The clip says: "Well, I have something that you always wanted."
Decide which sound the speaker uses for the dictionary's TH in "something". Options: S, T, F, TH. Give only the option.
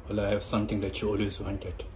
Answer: T